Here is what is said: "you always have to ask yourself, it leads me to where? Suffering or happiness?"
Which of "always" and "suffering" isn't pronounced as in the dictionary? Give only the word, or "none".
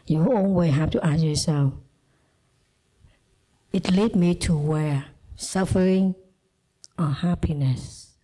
always